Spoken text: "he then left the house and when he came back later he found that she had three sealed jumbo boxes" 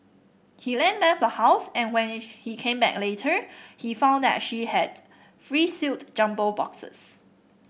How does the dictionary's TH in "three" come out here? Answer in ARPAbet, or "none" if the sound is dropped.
F